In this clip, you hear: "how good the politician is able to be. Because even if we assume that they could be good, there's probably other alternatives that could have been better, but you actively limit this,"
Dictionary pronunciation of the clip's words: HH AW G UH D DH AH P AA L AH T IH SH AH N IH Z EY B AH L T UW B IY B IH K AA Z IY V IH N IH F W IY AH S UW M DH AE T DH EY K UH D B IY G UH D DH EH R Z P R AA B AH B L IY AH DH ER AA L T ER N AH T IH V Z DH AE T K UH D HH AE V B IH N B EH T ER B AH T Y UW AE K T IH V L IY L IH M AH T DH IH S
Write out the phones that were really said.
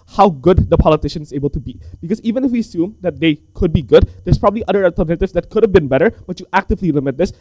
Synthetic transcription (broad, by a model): HH AW G UH D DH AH P AA L AH T IH SH AH N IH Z EY B AH L T UW B IY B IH K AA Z IY V IH N IH F W IY AH S UW M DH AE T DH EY K UH D B IY G UH D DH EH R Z P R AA B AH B L IY AH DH ER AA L T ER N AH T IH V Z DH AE T K UH D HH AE V B IH N B EH T ER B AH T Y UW AE K T IH V L IY L IH M AH T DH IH S